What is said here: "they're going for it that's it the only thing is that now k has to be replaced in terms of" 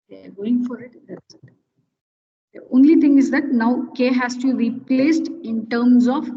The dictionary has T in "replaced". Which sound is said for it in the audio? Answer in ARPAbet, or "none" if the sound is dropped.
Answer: T